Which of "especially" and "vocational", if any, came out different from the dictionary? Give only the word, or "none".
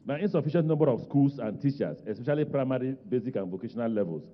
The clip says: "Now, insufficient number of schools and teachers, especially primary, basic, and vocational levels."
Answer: none